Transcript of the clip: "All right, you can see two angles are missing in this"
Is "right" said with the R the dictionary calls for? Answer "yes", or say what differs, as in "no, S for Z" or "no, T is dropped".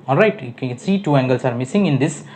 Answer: yes